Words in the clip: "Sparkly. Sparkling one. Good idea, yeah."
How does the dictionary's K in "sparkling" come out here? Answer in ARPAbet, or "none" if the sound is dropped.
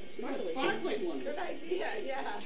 none